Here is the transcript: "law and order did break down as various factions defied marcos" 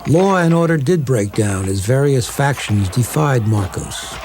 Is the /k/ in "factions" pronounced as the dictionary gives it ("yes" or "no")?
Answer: yes